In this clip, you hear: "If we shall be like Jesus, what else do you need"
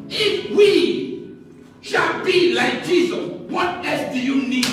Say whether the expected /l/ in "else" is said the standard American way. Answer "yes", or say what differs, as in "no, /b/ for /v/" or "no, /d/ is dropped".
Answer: no, /l/ is dropped